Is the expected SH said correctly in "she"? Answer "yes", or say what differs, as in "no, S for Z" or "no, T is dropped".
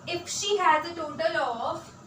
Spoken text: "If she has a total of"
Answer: yes